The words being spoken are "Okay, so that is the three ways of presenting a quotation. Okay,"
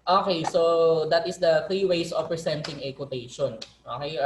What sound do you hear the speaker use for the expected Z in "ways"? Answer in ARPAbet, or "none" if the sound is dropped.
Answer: S